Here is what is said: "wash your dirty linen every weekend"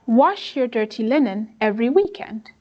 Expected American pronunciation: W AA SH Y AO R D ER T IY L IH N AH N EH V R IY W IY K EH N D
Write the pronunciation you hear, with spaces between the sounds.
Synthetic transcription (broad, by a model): W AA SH Y AO R D ER T IY L IH N AH N EH V R IY W IY K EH N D